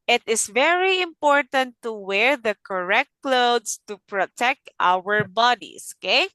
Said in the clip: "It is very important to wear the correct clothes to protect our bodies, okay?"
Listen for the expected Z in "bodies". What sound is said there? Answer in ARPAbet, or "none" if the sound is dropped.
S